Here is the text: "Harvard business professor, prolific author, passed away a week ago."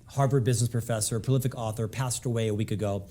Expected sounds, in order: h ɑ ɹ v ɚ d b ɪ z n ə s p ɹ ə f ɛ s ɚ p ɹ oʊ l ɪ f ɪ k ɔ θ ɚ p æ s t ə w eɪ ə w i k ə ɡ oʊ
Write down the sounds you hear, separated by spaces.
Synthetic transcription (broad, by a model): h ɑ ɹ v ɚ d b ɪ z n ə s p ɹ ə f ɛ s ɚ p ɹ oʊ l ɪ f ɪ k ɔ θ ɚ p æ s t ə w eɪ ə w i k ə ɡ oʊ